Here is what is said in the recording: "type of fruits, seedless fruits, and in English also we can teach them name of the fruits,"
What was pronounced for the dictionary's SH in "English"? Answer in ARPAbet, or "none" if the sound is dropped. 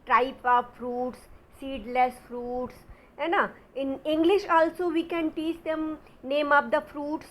SH